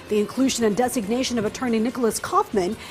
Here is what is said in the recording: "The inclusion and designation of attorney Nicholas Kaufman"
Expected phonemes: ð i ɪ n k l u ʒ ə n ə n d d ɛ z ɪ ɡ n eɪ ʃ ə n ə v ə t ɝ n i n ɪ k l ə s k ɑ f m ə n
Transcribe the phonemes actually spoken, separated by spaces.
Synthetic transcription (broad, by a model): ð i ɪ n k l u ʒ ə n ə n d d ɛ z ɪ ɡ n eɪ ʃ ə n ə v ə t ɝ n i n ɪ k l ə s k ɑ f m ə n